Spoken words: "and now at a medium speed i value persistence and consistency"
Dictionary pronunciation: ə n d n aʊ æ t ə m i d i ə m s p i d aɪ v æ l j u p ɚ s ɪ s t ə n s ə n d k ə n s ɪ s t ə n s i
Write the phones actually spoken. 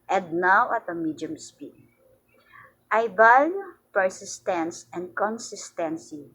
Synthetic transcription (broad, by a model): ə n d n aʊ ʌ t ə m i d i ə m s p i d aɪ b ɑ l p ɚ s ɪ s t ə n s ə n d k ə n s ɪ s t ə n s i